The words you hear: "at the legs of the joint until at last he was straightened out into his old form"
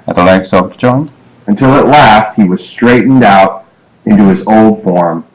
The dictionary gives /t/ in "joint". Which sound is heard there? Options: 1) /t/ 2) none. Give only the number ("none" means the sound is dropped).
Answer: 2